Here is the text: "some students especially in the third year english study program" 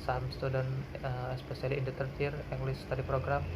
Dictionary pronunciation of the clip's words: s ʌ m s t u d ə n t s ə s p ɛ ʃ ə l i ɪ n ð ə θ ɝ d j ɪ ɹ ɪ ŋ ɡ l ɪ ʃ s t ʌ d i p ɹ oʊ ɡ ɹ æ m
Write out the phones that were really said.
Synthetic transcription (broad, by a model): s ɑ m s t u d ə n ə s p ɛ s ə l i ɪ n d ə t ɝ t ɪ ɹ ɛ ŋ ɡ l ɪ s t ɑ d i p ɹ oʊ ɡ ɹ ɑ m